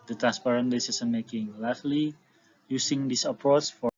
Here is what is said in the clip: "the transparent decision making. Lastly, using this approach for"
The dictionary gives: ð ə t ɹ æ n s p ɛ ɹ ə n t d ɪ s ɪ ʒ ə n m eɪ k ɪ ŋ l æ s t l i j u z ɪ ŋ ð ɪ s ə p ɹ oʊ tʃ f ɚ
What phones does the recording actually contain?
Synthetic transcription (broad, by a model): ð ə t ɹ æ n s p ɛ ɹ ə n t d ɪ s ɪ s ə n m eɪ k ɪ ŋ l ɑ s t l i j u s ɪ ŋ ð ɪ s ə p ɹ oʊ tʃ f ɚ